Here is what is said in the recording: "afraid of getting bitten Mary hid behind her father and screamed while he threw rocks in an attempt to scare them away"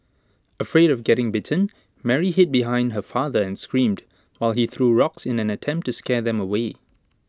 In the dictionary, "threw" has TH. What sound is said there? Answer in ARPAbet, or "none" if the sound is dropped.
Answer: TH